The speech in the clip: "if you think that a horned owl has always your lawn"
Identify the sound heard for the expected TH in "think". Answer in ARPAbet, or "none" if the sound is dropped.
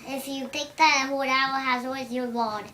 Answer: T